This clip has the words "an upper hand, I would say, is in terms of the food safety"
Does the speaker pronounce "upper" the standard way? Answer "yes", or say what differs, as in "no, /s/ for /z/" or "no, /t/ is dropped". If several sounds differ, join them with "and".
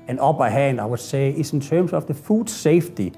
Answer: no, /b/ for /p/